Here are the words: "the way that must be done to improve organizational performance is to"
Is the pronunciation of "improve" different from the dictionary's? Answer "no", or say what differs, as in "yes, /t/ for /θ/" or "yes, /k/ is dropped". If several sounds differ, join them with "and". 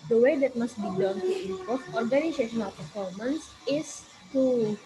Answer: yes, /m/ is dropped and /ɹ/ is dropped and /f/ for /v/